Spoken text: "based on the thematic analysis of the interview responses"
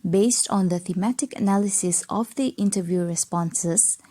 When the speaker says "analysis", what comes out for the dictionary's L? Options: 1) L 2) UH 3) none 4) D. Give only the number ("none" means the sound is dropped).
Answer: 1